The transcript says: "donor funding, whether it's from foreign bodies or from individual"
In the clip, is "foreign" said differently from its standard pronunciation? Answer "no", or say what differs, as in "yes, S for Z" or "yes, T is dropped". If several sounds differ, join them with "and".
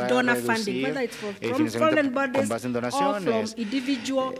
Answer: yes, L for R